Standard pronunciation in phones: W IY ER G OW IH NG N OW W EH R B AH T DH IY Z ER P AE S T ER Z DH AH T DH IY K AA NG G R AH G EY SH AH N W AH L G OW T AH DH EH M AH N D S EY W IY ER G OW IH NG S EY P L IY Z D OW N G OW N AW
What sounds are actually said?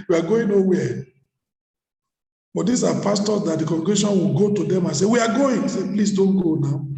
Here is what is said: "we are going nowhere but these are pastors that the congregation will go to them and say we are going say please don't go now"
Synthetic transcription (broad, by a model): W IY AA G OW IH NG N OW W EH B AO T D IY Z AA P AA S T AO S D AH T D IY K AA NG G AH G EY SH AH N W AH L G OW T AH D EH M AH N S EY W IY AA G OW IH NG S EY P L IY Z D OW N G OW N AW